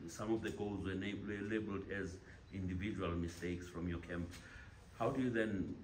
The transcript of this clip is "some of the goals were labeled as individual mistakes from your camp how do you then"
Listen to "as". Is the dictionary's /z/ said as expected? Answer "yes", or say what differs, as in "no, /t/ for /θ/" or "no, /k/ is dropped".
yes